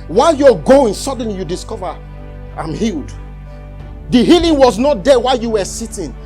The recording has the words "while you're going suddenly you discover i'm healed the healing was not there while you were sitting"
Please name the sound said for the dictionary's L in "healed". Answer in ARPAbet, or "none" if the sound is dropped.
L